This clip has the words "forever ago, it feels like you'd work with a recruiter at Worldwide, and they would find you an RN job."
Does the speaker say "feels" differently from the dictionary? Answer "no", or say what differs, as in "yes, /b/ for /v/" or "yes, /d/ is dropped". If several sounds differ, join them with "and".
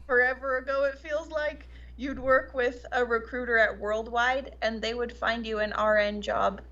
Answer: no